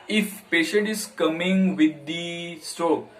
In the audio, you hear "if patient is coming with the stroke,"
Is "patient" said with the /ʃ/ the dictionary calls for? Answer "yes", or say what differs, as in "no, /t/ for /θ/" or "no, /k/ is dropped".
yes